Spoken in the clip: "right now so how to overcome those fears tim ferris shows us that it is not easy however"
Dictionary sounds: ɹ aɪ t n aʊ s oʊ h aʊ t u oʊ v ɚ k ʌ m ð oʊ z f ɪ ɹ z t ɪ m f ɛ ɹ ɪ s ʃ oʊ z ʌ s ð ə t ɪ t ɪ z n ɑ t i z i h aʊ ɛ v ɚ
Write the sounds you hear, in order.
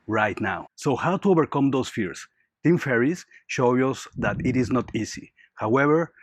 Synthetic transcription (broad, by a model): ɹ aɪ t n aʊ s oʊ h aʊ t u oʊ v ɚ k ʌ m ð oʊ s f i ɹ s t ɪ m f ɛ ɹ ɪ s ʃ oʊ ʌ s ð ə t ɪ t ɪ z n ɑ t i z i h aʊ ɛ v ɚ